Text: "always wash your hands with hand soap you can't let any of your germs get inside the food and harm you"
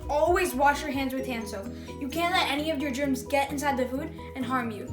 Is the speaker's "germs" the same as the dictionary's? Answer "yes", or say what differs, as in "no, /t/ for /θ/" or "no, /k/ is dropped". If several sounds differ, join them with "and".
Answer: yes